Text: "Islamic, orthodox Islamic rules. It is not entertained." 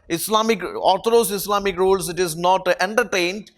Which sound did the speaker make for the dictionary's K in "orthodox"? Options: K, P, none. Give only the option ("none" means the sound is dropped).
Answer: none